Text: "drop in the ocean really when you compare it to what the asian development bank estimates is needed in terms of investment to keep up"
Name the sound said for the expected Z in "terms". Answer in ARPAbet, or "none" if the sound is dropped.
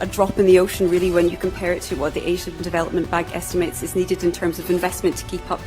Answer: Z